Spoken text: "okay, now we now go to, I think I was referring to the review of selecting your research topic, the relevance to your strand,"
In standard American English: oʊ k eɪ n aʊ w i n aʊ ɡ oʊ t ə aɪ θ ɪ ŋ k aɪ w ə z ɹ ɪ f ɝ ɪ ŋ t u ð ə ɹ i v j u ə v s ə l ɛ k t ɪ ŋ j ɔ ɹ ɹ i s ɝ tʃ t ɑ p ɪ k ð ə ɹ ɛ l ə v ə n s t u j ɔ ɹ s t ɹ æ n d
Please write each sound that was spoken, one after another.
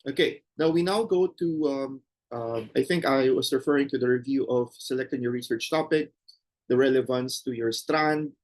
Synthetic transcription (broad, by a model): oʊ k eɪ n aʊ w i n aʊ ɡ oʊ t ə aɪ θ ɪ ŋ k aɪ w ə s ɹ ɪ f ɝ ɪ ŋ t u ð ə ɹ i v j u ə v s ə l ɛ k t ɪ ŋ j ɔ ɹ ɹ i s ɝ tʃ t ɑ p ɪ k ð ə ɹ ɛ l ə v ə n s t u j ɔ ɹ s t ɹ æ n d